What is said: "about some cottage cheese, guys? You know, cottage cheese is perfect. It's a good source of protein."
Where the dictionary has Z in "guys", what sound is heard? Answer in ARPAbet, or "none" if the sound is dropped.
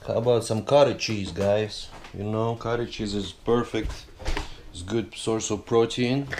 S